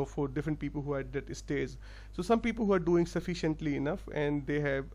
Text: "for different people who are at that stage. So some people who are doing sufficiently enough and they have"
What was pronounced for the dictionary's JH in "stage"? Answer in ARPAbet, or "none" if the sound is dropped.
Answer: Z